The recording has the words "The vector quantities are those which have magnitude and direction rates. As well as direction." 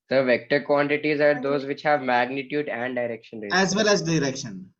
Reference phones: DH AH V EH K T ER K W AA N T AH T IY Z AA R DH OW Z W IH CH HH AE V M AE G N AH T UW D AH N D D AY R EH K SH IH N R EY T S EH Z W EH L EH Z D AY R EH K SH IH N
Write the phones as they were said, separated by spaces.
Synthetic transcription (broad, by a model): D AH V EH K T ER K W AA N T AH T IY Z AA R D OW Z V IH CH HH AE V M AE G N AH T UW D AH N D D AY R EH K SH IH N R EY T EH Z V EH L EH Z D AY R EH K SH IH N